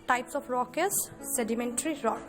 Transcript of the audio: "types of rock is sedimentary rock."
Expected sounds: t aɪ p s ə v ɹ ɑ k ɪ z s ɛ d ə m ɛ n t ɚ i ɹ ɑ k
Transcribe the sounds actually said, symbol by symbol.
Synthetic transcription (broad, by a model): t aɪ p s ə p ɹ ɑ k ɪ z s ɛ d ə m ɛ n t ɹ i ɹ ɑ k